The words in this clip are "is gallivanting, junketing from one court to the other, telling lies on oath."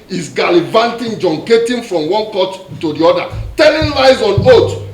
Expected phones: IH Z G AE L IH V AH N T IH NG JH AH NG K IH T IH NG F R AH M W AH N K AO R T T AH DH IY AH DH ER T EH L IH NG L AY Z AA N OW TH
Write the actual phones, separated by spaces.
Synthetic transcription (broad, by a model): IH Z G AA L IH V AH N T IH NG JH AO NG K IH T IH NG F R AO M W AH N K AO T T AH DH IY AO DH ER T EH N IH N L AY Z AA N OW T